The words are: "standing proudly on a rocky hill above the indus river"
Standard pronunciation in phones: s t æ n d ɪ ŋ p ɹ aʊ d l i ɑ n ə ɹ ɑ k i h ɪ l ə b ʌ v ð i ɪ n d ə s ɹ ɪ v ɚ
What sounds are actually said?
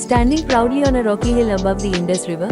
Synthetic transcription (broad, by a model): s t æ n d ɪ ŋ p ɹ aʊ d i ɑ n ə ɹ ɑ k i h ɪ l ə b ʌ v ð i ɪ n d ə s ɹ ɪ v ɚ